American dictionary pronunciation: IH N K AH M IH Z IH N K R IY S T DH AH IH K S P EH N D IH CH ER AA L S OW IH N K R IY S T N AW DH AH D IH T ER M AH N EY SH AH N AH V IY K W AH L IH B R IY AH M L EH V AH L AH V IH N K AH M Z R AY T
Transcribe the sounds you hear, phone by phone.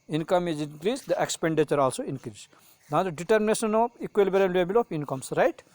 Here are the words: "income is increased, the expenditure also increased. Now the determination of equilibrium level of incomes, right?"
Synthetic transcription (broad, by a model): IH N K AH M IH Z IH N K R IY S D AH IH K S P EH N D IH CH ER AA L S OW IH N K R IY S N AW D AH D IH T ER M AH N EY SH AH N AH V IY K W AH L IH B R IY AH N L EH B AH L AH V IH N K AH M S R AY T